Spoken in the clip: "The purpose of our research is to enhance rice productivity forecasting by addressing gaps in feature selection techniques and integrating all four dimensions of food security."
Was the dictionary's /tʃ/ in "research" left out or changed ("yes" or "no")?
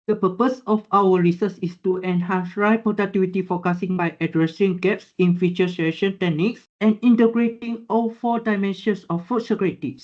yes